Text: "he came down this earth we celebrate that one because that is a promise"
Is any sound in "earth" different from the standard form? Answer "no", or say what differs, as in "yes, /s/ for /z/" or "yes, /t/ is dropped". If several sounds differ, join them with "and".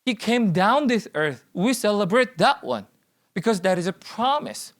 no